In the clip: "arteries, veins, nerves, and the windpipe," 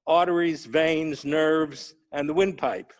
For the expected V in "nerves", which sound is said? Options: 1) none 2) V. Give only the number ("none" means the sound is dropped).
2